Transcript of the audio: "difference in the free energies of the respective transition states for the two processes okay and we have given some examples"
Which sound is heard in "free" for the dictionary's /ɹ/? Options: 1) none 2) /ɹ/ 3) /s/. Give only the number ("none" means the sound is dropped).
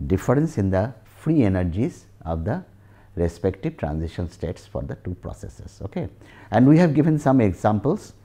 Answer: 2